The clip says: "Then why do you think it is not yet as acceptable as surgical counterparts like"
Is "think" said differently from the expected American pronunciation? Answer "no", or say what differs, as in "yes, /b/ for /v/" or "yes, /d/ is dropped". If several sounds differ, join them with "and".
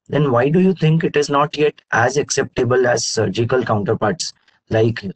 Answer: yes, /t/ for /θ/